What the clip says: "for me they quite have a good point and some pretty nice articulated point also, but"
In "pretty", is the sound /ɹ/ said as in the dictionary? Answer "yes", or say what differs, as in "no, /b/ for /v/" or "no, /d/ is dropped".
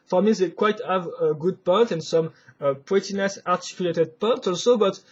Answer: no, /w/ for /ɹ/